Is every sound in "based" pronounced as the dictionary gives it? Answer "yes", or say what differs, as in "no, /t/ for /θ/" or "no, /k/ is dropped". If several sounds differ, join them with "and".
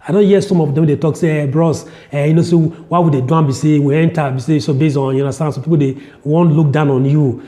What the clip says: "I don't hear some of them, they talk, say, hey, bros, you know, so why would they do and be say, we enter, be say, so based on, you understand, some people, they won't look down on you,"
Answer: no, /t/ is dropped